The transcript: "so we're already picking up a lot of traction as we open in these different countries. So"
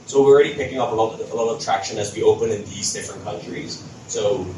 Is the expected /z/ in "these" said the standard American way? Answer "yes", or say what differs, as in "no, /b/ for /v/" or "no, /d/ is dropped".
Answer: yes